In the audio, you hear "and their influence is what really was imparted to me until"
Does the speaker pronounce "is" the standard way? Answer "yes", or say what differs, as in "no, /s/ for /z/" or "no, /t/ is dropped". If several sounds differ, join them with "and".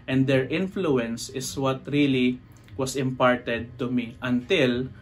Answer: no, /s/ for /z/